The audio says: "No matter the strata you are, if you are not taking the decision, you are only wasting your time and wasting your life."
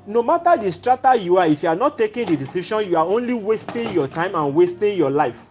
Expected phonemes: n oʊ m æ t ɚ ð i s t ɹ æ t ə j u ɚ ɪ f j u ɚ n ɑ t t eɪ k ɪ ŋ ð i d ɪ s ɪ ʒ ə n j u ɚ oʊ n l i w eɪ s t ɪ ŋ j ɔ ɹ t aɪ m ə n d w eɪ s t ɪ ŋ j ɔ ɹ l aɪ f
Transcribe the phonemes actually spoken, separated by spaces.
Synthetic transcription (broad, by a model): n oʊ m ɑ t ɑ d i s t ɹ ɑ t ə j u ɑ ɪ f j u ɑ n ɑ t t eɪ k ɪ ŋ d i d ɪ s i ʃ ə n j u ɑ oʊ n l i w eɪ s t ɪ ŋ j ɔ t aɪ m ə n w eɪ s t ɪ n j ɔ l aɪ f